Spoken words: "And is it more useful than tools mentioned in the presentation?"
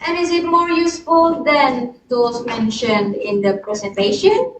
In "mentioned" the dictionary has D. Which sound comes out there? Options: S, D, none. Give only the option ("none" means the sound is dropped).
D